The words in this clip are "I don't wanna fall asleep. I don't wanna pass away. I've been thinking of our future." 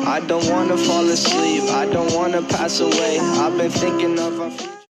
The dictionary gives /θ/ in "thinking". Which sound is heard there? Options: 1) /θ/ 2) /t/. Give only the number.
1